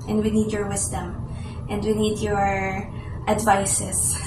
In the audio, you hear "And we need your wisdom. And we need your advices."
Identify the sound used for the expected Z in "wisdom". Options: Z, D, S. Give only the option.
S